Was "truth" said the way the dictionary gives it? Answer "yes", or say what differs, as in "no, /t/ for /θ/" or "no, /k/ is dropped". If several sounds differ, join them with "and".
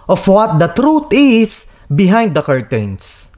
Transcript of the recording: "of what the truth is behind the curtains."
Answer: no, /t/ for /θ/